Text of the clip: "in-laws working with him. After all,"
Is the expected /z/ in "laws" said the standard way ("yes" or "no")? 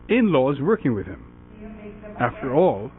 yes